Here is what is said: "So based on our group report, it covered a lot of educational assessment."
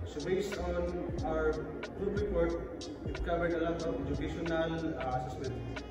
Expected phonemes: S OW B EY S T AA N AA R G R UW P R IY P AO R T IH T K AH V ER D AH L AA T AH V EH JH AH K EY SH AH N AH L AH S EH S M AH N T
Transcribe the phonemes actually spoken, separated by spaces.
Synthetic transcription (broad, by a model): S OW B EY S AA N AA R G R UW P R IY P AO R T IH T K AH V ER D AH L AA T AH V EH JH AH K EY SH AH N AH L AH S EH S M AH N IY